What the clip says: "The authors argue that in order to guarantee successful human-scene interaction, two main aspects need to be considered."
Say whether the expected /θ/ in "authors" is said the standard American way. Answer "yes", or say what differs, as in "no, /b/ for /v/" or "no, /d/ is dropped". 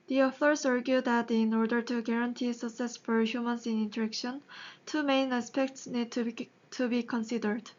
no, /f/ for /θ/